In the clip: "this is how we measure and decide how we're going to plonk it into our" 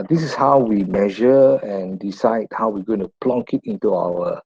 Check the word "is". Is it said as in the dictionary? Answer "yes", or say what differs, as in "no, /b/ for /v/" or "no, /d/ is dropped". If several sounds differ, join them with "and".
no, /s/ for /z/